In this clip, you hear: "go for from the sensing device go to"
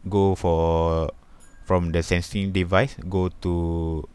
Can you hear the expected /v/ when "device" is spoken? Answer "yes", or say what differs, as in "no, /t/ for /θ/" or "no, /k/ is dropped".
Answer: yes